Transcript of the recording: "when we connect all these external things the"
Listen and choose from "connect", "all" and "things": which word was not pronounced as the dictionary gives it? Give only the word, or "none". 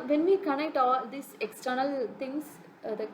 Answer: things